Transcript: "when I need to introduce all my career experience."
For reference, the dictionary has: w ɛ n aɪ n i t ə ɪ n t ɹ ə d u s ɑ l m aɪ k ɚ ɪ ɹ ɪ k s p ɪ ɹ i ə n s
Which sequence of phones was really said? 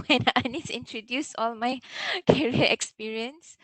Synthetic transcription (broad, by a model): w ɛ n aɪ n i s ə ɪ n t ɹ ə d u s ɑ l m aɪ k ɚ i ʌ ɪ k s p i ɹ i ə n s